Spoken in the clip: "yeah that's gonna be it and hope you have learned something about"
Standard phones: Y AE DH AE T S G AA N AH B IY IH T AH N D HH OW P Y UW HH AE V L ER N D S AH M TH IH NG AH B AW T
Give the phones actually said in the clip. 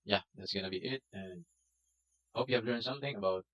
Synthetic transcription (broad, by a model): Y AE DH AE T S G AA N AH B IY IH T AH N HH OW P Y UW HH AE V L ER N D S AH M TH IH NG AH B AW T